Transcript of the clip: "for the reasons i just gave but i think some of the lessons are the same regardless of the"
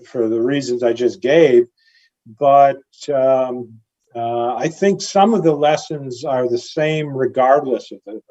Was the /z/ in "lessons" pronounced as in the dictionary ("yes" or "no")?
yes